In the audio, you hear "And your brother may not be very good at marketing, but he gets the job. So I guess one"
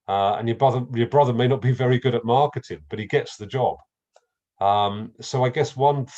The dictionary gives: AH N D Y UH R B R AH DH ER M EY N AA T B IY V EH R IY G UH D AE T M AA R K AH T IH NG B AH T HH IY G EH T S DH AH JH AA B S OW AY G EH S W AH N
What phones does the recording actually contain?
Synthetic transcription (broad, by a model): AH N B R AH R B R AH DH ER M EY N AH T B IY V EH R IY G UH D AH T M AA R K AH T IH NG B AH T HH IY G EH T S DH AH JH AA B S OW AY G EH S W AH N